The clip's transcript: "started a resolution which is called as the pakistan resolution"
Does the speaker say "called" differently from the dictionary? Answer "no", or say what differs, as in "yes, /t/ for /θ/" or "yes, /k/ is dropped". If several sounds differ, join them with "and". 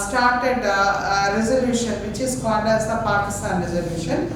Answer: yes, /n/ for /l/